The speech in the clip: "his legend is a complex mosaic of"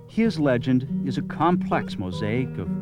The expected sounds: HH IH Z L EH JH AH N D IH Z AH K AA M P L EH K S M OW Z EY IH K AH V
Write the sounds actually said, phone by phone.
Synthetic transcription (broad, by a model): HH IH Z L EH JH AH N D IH Z AH K AA M P L EH K S M OW Z EY IH K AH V